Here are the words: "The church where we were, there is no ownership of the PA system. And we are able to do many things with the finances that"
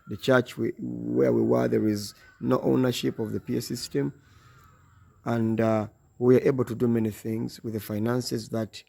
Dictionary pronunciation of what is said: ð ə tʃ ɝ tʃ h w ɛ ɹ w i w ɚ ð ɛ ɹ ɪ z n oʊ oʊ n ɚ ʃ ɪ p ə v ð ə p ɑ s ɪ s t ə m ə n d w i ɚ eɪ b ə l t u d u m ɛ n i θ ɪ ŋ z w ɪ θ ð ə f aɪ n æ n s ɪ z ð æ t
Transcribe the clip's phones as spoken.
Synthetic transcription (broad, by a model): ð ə tʃ ɝ tʃ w w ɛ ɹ w i w ɚ ð ɛ ɹ ɪ z n oʊ oʊ n ɚ ʃ ɪ p ə v ð ə p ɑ s ɪ s t ə m ə n d w i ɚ eɪ b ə l t u d u m ɛ n i θ ɪ ŋ z w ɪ ð ə f aɪ n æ n s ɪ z ð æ t